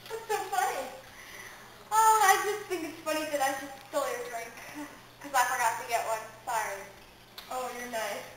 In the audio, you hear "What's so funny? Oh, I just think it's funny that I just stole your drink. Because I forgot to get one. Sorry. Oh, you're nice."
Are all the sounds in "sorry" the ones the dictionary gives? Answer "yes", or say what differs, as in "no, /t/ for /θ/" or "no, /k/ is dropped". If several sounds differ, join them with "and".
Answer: no, /ɹ/ is dropped